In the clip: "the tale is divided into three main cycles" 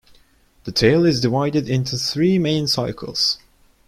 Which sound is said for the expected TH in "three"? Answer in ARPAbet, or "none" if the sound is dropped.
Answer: TH